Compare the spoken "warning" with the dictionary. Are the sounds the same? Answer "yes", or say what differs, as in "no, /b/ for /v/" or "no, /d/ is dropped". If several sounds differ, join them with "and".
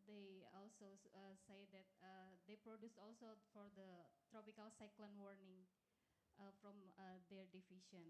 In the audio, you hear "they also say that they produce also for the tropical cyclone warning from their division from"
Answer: yes